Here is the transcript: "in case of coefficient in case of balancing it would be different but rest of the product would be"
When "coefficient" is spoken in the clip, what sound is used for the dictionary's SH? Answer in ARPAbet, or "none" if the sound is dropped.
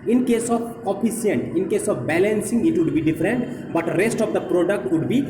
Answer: none